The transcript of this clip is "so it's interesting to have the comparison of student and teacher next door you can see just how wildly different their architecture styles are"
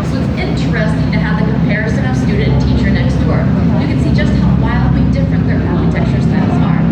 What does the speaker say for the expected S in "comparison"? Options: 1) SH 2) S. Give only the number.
2